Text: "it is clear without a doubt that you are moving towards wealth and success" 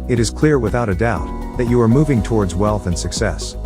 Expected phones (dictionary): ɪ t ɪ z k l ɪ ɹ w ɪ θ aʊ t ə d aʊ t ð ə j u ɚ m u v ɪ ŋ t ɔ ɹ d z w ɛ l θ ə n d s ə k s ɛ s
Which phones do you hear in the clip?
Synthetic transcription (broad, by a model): ɪ t ɪ z k l ɪ ɹ w ɪ θ aʊ t ə d aʊ t ð ə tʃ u ɚ m u v ɪ ŋ t ɔ ɹ d z w ɛ l θ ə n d s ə k s ɛ s